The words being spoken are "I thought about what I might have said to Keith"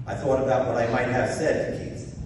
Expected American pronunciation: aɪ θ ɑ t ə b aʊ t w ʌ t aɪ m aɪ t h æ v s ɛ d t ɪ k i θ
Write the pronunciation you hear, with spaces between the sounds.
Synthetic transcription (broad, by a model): aɪ θ ɑ t ə b aʊ t w ʌ t aɪ m aɪ t h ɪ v s ɛ d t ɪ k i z